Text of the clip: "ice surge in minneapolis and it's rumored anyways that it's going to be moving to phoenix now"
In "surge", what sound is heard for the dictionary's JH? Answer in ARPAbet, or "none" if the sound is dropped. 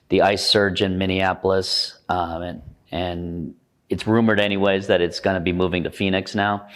JH